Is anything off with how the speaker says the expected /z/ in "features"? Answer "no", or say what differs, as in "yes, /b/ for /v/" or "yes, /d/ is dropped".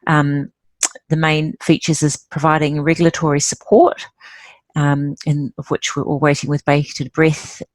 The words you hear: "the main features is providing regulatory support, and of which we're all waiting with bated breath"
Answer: no